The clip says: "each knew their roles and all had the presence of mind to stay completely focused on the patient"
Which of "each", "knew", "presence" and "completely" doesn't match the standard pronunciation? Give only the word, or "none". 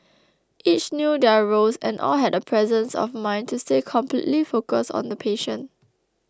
none